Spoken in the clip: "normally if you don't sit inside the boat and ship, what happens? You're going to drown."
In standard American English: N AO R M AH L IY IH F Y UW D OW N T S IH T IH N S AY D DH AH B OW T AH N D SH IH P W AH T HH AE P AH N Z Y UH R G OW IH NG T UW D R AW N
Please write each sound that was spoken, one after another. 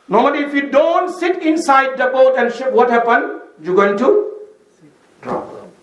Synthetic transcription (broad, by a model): N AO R M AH L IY IH F Y UW D OW N T S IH T IH N S AY D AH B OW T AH N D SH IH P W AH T HH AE P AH N Y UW G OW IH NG T UW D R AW